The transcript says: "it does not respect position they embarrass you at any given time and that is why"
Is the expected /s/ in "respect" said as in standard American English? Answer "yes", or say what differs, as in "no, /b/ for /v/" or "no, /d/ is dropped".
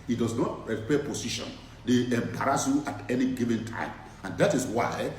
no, /s/ is dropped